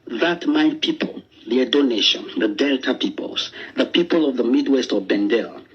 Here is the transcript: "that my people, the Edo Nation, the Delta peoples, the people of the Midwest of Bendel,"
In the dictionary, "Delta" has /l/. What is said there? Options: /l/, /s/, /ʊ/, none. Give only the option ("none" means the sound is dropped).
/l/